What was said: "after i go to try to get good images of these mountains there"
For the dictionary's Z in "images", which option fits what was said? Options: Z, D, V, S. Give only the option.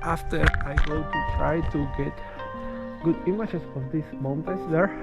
S